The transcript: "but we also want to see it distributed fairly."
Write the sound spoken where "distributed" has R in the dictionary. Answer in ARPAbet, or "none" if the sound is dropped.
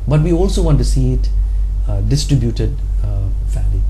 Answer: R